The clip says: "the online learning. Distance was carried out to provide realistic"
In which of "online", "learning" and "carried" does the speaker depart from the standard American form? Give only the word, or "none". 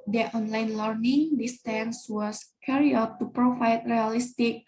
carried